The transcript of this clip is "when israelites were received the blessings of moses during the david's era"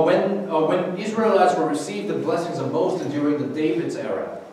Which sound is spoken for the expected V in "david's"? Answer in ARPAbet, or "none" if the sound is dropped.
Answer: V